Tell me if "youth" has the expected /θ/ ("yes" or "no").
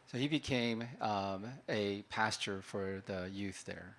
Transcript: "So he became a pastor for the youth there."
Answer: yes